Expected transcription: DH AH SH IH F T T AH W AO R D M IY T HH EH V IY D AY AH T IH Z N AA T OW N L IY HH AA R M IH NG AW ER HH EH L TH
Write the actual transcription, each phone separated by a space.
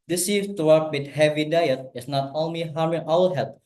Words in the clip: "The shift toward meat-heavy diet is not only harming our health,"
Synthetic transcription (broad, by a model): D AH S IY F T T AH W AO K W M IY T HH EH V IY D AY AH T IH S N AA T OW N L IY HH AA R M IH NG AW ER HH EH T